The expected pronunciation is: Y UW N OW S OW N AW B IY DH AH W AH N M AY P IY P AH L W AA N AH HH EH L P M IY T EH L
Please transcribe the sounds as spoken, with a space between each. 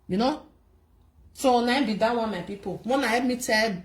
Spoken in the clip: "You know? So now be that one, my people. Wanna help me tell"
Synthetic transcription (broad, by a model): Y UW N OW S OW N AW B IY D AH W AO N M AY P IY P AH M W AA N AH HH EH P M IY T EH